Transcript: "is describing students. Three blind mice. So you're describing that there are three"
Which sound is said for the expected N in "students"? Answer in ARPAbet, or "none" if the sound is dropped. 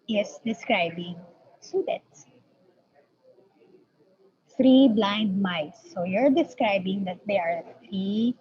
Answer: none